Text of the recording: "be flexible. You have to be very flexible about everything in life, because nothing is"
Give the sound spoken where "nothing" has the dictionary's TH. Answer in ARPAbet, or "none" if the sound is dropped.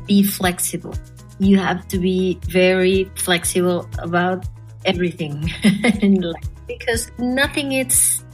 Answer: TH